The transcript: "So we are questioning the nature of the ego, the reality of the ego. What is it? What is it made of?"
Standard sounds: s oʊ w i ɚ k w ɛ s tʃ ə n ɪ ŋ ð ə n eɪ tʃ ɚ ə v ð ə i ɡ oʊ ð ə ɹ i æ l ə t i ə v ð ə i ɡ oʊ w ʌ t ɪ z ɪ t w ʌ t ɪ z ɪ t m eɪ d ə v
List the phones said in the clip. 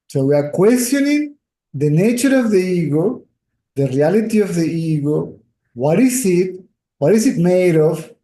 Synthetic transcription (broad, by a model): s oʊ w i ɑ k w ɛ s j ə n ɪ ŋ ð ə n eɪ tʃ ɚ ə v ð ə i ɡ oʊ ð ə ɹ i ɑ l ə t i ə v ð ə i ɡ oʊ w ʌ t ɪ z ɪ t w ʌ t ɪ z ɪ t m eɪ d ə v